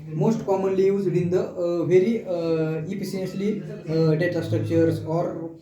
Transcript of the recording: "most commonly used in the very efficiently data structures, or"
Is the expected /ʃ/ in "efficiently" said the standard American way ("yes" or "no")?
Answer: no